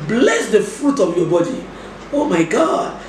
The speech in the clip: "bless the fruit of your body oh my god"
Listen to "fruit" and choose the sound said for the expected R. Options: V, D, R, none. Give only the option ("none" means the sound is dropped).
R